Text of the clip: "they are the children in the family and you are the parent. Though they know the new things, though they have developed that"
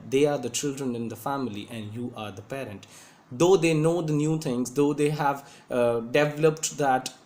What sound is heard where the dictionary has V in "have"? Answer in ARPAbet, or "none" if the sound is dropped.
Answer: V